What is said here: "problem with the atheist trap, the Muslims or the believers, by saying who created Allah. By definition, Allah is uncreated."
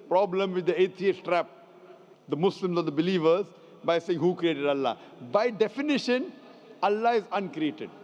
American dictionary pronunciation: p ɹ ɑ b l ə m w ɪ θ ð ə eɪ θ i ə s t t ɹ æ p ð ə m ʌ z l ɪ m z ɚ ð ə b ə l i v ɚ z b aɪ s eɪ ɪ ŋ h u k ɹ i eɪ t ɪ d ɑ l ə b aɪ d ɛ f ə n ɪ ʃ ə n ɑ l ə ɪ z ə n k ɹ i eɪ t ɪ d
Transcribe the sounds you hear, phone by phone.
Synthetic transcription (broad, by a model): p ɹ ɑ b l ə m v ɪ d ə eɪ t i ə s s t ɹ æ p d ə m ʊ s l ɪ m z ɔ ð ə b ə l i v ɚ z b aɪ s eɪ ɪ ŋ h u k ɹ i eɪ t ɪ d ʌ l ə b aɪ d ɛ f ə n ɪ ʃ ə n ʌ l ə ɪ z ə n k ɹ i eɪ t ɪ d